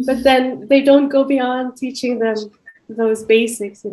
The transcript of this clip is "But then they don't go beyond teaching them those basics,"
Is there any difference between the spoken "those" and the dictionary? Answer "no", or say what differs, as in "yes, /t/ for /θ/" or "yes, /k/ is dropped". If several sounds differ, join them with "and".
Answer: no